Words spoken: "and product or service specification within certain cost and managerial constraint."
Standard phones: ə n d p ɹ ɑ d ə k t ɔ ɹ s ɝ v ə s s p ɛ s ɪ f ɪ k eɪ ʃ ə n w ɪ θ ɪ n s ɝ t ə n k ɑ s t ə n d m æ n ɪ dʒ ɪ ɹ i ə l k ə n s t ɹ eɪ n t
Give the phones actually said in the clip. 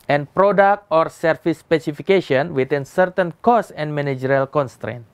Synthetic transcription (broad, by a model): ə n p ɹ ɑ d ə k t ɔ ɹ s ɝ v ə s s p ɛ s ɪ f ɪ k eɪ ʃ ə n w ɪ t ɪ n s ɝ t ə n k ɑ s ə n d m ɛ n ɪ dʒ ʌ ɹ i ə l k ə n s t ɹ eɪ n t